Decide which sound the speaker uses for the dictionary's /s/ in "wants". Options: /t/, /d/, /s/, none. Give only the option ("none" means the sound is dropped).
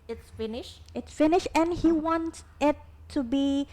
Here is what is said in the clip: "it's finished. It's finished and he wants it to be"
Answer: none